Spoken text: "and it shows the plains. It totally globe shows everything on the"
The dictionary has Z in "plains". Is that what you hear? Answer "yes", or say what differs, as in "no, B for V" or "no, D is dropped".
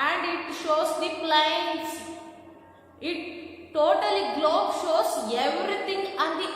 no, S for Z